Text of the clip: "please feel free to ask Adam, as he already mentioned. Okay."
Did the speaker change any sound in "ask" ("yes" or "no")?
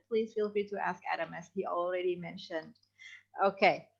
no